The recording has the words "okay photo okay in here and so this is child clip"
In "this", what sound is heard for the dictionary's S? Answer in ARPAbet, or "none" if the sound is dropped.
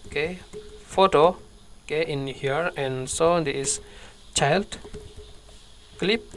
none